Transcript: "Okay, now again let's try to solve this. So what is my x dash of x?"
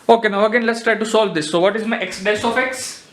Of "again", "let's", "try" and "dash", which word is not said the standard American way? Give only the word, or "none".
dash